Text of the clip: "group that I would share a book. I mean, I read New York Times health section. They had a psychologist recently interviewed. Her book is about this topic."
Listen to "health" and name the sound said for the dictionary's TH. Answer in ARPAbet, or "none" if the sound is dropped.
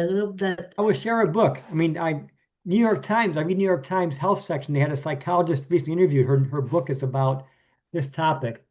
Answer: TH